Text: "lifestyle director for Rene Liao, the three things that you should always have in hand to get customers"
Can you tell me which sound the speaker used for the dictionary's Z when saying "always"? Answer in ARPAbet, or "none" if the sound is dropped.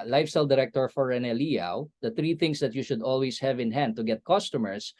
S